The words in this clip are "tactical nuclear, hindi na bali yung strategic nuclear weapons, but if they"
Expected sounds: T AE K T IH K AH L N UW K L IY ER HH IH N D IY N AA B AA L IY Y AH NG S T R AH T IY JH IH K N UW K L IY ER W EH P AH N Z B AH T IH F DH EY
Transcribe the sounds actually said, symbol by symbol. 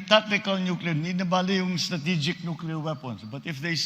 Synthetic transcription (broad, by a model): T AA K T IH K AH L N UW K L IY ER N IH D N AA B AA L IY Y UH NG S T R AH T IY JH IH K N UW K L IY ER W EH P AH N S B AH T IH F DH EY